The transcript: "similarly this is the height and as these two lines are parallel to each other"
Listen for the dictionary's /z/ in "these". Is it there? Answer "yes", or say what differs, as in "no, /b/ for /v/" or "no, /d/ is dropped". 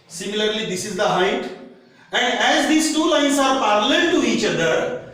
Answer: no, /s/ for /z/